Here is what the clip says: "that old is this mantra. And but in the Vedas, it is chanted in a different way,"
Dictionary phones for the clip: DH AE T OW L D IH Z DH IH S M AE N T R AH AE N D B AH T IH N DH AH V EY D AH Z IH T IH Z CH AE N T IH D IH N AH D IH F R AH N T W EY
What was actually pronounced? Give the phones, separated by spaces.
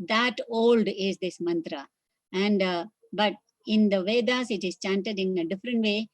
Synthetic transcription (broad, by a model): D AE T OW L D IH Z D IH S M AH N T R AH AE N D B AH T IH N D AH V EY D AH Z IH T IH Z CH AE N T IH D IH N AH D IH F R AH N T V EY